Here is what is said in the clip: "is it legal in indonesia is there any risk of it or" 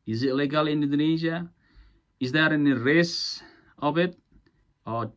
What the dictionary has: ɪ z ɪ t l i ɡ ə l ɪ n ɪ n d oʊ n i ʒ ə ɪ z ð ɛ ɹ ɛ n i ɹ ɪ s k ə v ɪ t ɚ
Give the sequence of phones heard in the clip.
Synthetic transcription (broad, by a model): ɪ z ɪ t l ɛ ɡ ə l ɪ n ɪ d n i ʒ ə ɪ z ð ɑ ɹ ɛ n i ɹ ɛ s ə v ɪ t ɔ